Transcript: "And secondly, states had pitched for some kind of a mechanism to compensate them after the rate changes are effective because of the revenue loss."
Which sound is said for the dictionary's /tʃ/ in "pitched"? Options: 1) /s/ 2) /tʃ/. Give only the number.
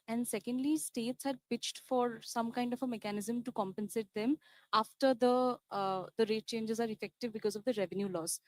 2